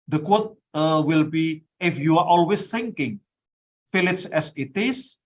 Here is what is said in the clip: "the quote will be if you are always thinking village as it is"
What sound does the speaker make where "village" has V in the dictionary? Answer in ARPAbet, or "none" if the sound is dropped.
F